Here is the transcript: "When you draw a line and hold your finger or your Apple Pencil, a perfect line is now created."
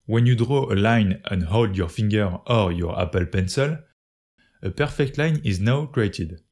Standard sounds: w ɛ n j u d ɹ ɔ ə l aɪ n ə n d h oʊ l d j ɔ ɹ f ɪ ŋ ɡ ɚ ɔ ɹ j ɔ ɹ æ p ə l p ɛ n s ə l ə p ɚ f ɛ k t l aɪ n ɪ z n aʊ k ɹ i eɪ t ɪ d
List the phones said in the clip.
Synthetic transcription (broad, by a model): w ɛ n j u d ɹ ɔ ə l aɪ n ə n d h oʊ l d j ɔ ɹ f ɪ ŋ ɡ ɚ ɔ ɹ j ɔ ɹ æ p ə l p ɛ n s ə l ə p ɚ f ɛ k t l aɪ n ɪ z n aʊ k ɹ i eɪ t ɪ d